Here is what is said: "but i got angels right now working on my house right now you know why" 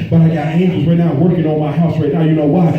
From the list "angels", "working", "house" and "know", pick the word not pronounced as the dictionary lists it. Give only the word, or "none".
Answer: angels